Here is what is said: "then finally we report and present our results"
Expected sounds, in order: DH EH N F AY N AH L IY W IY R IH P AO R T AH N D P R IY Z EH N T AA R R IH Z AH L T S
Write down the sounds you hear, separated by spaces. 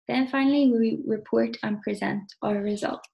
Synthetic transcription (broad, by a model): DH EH N F AY N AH W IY W IY R IH P AO R T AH N P R IY Z EH N T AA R R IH Z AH L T